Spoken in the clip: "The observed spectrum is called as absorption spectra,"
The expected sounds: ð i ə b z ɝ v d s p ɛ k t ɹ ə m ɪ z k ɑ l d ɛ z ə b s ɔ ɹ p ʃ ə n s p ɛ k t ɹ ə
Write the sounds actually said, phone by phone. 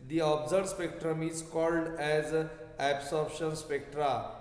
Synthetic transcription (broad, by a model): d i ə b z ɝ d s p ɛ k t ɹ ə m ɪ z k ɑ l d ɛ z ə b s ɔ ɹ b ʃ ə n s p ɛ k t ɹ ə